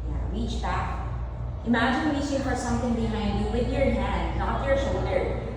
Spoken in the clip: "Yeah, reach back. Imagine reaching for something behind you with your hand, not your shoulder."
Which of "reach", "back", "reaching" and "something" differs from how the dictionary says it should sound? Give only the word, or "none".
reaching